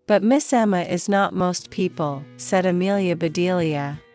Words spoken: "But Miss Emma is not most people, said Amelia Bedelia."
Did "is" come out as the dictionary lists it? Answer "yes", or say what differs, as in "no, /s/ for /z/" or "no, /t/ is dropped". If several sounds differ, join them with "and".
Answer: yes